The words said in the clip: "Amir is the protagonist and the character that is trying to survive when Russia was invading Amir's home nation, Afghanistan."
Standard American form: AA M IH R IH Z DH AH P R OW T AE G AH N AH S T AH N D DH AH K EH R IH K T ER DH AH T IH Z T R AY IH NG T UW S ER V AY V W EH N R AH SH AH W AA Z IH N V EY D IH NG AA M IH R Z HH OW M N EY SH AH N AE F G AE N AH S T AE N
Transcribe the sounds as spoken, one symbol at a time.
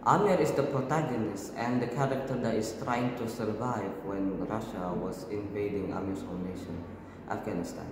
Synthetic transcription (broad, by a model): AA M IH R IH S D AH P R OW T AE G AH N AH S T AH N D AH K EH R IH K T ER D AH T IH S T R AY IH NG T UW S ER V AY V W EH N R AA SH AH W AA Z IH N V EY D IH NG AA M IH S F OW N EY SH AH N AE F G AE N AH S T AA N